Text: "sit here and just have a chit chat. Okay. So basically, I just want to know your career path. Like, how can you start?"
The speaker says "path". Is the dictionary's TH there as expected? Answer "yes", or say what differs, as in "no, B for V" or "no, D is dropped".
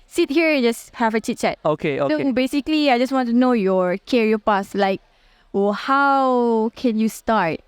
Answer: no, S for TH